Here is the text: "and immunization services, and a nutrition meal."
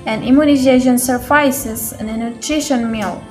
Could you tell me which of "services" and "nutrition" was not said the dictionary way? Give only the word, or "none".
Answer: services